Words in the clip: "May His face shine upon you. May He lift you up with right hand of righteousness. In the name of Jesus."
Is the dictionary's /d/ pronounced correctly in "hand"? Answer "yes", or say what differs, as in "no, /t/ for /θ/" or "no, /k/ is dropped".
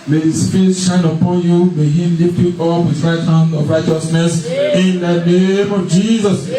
no, /d/ is dropped